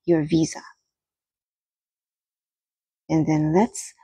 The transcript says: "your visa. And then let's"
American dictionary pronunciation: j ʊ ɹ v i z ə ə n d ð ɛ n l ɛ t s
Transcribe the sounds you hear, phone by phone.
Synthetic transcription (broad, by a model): j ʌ ɹ v i z ə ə n ð ɛ n l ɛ t s